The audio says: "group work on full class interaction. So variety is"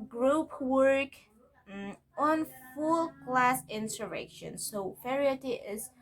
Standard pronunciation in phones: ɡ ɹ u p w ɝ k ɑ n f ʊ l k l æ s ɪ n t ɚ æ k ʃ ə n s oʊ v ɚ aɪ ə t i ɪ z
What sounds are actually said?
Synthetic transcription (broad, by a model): ɡ ɹ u p w ɝ k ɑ n f ʊ l k l æ s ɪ n s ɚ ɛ k ʃ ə n s oʊ f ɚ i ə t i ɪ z